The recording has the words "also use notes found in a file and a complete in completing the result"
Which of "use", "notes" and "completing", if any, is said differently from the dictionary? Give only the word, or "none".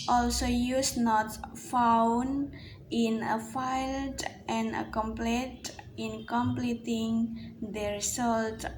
notes